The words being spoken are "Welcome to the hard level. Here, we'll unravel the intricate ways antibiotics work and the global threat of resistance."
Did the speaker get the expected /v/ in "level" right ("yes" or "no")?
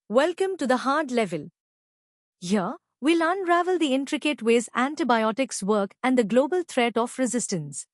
yes